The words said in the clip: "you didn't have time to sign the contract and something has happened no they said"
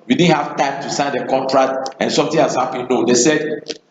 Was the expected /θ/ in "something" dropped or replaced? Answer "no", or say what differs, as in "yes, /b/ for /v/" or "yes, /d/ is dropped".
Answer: yes, /t/ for /θ/